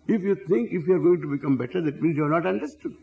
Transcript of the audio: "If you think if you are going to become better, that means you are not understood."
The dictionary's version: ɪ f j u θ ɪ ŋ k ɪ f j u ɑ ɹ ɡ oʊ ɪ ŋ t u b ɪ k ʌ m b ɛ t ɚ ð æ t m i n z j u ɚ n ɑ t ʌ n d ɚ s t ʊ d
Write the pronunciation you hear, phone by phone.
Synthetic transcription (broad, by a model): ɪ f j u t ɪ ŋ k ɪ f j u ɑ ɹ ɡ oʊ ɪ ŋ t u b ɪ k ʌ m b ɛ t ɚ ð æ t m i n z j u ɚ n ɑ t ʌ n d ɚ s t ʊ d